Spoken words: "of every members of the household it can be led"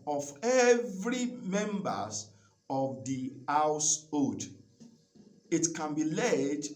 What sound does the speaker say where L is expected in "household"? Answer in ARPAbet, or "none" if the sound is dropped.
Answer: none